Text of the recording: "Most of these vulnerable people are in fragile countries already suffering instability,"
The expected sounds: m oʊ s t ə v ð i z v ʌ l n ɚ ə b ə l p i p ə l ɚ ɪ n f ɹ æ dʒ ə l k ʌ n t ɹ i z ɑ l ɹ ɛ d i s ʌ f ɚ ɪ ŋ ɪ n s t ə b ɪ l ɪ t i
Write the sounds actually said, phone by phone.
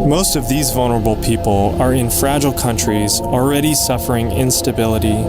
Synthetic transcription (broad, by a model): m oʊ s t ə v ð i z v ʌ l n ɚ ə b l p i p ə l ɚ ɪ n f ɹ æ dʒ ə l k ʌ n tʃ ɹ i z l ɹ ɛ d i s ʌ f ɚ ɪ ŋ ɪ n s t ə b ɪ l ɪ t i